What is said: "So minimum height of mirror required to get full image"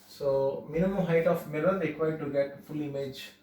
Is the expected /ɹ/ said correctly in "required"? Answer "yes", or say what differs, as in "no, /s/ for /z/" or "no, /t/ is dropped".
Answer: no, /l/ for /ɹ/